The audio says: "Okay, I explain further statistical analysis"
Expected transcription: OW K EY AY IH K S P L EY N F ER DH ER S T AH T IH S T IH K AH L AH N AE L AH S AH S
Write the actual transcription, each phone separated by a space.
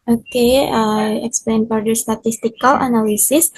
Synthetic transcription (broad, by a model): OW K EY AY IH K S P L EY N P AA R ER S T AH T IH S T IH K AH L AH N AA L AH S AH S